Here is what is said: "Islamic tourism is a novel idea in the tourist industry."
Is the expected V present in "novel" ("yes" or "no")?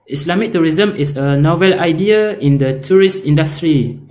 yes